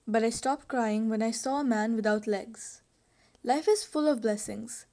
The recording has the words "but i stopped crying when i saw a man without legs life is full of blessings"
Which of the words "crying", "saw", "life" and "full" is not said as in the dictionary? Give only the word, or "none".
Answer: none